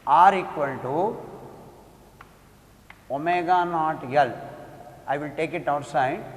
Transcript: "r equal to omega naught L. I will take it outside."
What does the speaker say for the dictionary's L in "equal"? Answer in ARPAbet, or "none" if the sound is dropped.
N